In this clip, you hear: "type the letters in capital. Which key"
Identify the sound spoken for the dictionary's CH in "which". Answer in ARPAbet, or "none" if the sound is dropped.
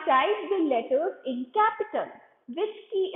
S